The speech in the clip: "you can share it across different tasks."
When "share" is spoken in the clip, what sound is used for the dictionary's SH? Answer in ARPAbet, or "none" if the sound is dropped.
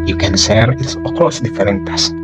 S